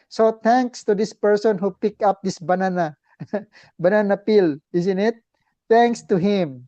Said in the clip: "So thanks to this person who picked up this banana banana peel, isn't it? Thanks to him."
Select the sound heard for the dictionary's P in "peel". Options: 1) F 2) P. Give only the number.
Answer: 2